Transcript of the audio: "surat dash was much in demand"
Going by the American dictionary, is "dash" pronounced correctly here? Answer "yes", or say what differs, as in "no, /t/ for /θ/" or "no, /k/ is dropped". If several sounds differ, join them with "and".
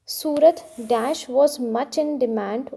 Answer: yes